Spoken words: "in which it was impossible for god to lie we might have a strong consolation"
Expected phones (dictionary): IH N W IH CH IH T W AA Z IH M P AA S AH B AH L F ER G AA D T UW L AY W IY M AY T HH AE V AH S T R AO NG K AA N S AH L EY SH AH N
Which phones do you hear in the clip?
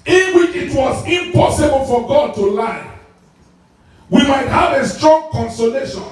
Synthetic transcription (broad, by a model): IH N W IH CH IH T W AA Z IH M P AA S AH B AH L F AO G AA D T UW L AY W IY M AY T HH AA V AH S T R AO NG K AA N S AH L EY SH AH N